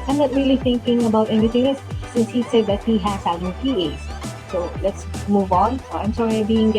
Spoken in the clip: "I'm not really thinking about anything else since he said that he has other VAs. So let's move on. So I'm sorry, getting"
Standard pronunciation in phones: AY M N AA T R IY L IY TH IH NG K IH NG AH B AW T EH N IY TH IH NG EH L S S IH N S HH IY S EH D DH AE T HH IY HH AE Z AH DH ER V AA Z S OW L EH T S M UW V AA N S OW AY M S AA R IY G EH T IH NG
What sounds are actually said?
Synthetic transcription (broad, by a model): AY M N AA T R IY L IY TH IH NG K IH NG AH B AW T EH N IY T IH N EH S S IH N S HH IY S EH D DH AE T HH IY HH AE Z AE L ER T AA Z S OW L EH T S M UW V AA N S OW AY M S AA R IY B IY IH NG